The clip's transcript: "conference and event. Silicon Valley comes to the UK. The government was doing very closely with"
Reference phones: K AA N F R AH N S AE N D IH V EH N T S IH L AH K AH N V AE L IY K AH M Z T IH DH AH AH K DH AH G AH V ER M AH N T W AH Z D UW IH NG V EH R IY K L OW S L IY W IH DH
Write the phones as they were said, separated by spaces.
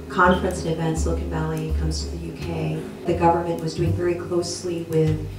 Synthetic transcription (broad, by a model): K AA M F R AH N S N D IH V EH N T S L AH K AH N V AE L IY K AH M Z T IH DH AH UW K DH AH G AH V ER M AH N T W AH Z D UW IH NG V EH R IY K L OW S L IY W IH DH